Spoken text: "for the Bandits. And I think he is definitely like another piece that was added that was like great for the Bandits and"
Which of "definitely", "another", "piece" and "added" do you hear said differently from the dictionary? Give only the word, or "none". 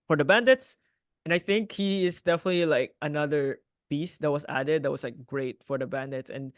piece